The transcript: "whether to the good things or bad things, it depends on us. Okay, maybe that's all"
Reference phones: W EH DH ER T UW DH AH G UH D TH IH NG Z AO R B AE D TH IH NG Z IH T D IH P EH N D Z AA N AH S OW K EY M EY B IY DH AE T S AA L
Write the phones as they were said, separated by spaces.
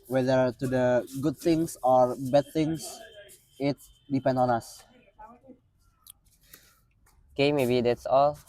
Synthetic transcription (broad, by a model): W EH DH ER T UW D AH G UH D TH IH NG S AO R B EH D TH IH NG S IH T D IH P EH N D AA N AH S OW K EY M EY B IY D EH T S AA L